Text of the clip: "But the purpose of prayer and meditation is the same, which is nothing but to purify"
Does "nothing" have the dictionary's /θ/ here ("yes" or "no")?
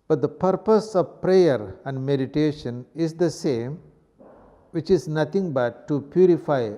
no